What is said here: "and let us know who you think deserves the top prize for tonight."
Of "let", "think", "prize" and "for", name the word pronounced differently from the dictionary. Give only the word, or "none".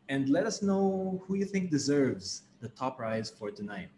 none